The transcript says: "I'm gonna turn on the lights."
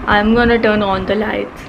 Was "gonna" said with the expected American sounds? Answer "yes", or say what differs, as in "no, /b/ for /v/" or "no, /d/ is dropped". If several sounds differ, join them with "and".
yes